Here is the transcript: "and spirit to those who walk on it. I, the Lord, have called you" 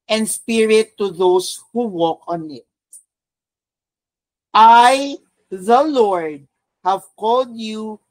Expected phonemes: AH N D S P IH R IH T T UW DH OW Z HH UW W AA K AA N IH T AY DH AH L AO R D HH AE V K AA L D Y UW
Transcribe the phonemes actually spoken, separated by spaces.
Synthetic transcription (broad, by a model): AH N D S P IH R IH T T UW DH OW S HH UW W AA K AA N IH T AY DH AH L AO R D HH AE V K AA L D Y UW